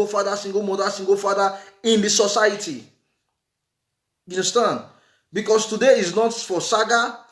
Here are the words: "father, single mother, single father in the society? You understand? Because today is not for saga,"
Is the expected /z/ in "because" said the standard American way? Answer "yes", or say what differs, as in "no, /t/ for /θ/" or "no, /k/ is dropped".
no, /s/ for /z/